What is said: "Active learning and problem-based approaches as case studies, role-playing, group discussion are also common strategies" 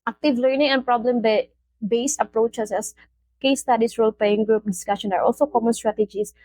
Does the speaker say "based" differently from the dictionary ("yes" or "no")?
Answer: yes